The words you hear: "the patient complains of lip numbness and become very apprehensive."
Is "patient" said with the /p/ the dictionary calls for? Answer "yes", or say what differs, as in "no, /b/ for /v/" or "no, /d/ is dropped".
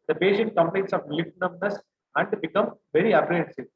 no, /b/ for /p/